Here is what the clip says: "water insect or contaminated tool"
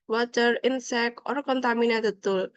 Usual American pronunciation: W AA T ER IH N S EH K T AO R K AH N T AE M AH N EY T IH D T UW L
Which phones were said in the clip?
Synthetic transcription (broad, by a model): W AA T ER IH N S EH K AO R K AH N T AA M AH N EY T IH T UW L